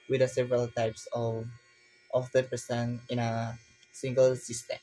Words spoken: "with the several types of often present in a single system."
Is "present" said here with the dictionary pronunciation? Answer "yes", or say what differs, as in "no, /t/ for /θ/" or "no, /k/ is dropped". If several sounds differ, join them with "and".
no, /ɹ/ is dropped and /s/ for /z/ and /t/ is dropped